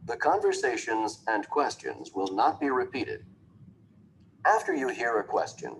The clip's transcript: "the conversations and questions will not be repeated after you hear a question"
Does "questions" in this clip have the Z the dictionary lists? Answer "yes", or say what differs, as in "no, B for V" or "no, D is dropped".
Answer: yes